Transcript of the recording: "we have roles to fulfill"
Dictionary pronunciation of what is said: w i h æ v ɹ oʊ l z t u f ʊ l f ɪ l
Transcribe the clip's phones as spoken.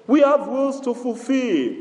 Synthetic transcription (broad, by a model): w i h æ v w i l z t u f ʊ l f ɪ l